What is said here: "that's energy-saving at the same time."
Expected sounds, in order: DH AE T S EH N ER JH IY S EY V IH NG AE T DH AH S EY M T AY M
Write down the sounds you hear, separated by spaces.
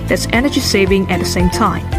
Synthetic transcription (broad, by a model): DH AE T S EH N ER JH IY S EY V IH NG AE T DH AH S EY M T AY M